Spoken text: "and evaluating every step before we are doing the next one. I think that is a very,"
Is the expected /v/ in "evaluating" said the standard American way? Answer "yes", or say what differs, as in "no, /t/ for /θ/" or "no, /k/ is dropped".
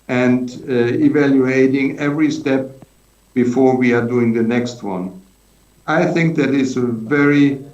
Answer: yes